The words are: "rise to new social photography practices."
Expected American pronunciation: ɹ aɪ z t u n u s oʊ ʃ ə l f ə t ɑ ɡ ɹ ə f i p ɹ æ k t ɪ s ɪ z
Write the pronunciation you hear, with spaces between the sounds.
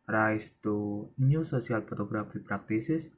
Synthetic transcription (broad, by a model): ɹ aɪ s t u n u s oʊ s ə l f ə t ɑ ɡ ɹ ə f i p ɹ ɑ k t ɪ s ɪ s